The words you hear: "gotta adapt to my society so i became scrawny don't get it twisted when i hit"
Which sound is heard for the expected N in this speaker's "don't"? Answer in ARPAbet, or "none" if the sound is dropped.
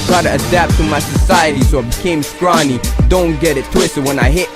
N